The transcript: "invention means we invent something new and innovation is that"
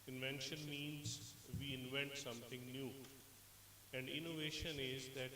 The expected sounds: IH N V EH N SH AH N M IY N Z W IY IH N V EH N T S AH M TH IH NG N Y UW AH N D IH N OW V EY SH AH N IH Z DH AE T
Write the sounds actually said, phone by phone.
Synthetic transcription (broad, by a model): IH N V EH N SH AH N M IY N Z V IY IH N V EH N T S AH M T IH NG N Y UW AH N D IH N OW V EY SH AH N IH Z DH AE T